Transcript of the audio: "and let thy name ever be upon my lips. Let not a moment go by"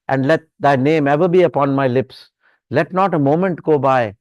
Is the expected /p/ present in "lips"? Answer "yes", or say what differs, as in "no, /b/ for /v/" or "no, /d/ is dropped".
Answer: yes